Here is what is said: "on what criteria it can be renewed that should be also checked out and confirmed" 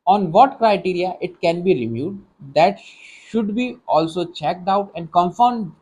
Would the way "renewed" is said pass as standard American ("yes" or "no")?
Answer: no